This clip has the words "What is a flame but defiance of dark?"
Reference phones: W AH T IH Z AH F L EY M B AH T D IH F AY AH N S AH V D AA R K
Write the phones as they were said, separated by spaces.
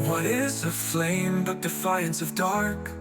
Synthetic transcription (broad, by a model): W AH T IH Z AH F L EY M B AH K D IH F AY AH N S AH V D AA R K